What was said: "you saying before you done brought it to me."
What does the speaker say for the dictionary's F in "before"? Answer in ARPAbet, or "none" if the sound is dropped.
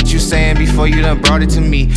F